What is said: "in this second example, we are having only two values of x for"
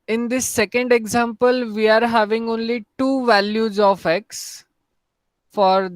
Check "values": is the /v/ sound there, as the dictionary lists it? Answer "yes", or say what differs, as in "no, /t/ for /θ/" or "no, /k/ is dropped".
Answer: yes